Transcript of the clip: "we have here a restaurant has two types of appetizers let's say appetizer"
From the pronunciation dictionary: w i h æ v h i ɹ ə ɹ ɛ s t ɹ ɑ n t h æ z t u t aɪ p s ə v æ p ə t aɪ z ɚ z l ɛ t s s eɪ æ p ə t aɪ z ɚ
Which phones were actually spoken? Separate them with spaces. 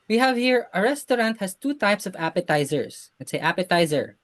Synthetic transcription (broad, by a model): w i h æ v h i ɹ ə ɹ ɛ s t ɹ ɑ n t h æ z t u t aɪ p s ə v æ p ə t aɪ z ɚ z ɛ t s s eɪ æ p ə t aɪ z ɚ